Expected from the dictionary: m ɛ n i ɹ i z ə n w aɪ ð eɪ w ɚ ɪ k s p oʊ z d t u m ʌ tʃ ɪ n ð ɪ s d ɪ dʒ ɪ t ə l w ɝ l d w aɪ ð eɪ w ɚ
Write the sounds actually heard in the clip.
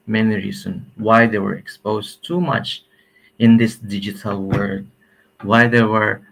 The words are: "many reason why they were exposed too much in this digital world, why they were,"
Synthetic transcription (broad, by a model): m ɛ n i ɹ i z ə n w aɪ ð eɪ w ɚ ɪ k s p oʊ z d t u m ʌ tʃ ɪ n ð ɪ s d ɪ dʒ ɪ t ə l w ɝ d w aɪ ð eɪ w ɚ